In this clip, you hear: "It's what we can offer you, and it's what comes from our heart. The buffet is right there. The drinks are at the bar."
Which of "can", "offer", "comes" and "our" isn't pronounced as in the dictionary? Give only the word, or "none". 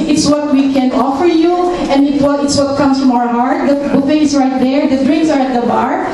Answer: comes